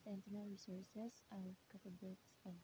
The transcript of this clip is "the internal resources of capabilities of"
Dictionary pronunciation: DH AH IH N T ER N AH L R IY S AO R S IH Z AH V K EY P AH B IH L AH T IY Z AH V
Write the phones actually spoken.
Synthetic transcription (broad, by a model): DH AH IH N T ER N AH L R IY S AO R S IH S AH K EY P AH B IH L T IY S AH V